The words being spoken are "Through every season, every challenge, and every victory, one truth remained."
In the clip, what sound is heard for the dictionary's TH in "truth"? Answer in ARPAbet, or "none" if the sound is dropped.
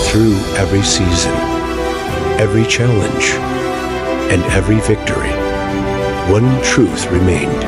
TH